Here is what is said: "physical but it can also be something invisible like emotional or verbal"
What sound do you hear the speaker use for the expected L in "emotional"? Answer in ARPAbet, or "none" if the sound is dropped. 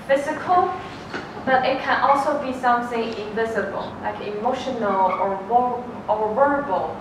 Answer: W